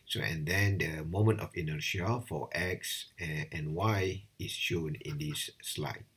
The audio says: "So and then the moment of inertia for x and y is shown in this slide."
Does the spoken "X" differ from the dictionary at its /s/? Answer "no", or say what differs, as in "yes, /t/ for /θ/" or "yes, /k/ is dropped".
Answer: no